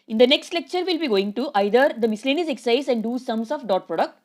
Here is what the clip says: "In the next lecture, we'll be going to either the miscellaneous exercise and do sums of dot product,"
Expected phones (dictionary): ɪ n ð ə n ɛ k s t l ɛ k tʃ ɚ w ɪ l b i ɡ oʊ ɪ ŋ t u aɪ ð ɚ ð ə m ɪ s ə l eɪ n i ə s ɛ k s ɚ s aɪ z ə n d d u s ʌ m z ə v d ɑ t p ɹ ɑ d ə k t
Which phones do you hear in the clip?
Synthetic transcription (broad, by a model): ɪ n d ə n ɛ k s t l ɛ k tʃ ɚ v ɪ l b i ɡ oʊ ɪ ŋ t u aɪ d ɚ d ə m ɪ s l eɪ n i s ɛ k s s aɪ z ə n d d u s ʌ m s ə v d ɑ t p ɹ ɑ d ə k t